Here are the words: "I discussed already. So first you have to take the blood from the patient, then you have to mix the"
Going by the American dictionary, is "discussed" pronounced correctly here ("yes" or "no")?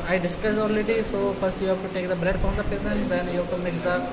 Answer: no